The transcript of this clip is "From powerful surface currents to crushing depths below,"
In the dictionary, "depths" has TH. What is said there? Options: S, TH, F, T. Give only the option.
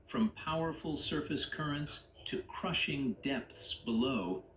TH